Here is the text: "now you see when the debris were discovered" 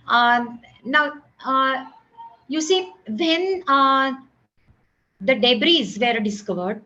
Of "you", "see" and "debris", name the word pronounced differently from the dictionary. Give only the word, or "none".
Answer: none